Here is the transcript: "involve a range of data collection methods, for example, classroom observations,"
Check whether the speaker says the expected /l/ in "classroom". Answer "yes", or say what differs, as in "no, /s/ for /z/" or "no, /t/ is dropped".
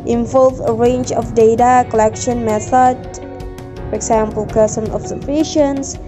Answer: no, /l/ is dropped